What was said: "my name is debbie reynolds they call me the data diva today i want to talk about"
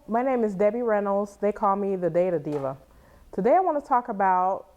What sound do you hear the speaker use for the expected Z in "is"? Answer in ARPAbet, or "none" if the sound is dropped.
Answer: Z